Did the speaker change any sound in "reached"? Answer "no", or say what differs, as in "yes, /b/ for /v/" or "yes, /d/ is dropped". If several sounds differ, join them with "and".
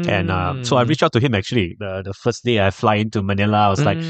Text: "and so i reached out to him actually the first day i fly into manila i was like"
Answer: yes, /t/ is dropped